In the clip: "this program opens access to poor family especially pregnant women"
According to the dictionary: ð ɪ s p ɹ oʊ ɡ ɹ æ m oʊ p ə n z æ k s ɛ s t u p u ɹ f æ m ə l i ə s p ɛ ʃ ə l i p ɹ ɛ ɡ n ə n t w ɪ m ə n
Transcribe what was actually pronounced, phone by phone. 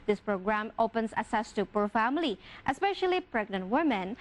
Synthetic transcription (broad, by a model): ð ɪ s p ɹ oʊ ɡ ɹ æ m oʊ p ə n s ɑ s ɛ s t u p u ɹ f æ m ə l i ə s p ɛ ʃ ə l i p ɹ ɛ ɡ n ə n t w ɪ m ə n